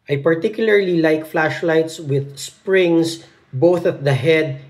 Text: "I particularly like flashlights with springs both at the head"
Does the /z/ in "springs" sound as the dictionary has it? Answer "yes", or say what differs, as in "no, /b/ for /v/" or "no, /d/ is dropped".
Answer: no, /s/ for /z/